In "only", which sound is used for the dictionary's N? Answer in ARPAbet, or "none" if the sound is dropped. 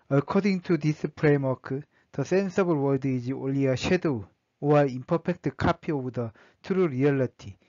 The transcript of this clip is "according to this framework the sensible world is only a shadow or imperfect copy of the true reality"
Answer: none